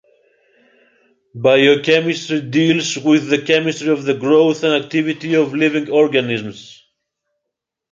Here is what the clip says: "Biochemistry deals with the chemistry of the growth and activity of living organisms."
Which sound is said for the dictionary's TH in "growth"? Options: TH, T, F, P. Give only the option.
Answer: TH